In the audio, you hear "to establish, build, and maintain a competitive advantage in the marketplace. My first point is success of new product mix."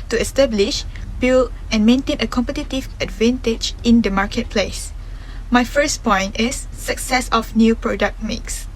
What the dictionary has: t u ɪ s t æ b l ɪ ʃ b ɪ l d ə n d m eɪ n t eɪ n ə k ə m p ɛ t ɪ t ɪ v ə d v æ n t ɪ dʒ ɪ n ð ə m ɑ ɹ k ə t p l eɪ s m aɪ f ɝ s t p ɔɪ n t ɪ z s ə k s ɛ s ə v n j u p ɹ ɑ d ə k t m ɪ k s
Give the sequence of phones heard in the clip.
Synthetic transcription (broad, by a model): t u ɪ s t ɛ b l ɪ ʃ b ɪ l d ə n m eɪ n t eɪ n ə k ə m p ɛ t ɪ t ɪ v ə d v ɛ n t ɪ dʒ ɪ n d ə m ɑ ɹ k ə t p l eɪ s m aɪ f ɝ s p ɔɪ n t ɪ s ə k s ɛ s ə f n j u p ɹ ɑ d ə k t m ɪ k s